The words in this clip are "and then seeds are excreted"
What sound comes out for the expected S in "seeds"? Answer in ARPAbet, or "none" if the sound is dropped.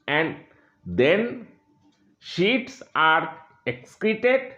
SH